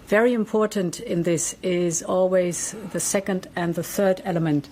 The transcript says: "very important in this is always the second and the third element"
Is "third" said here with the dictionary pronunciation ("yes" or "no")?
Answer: yes